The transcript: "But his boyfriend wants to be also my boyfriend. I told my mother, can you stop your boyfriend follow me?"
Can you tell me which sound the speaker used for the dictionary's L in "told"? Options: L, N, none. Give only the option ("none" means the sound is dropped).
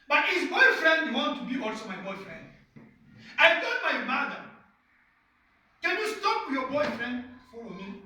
none